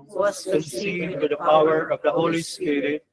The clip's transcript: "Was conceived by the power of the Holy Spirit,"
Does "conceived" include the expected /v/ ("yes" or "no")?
no